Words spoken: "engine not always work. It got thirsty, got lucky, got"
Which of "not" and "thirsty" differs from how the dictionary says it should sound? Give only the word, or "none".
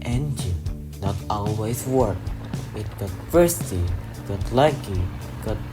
thirsty